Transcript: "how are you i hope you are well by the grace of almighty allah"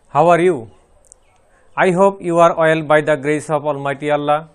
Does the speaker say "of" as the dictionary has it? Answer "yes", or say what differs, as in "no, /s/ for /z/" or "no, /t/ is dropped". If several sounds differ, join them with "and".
no, /p/ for /v/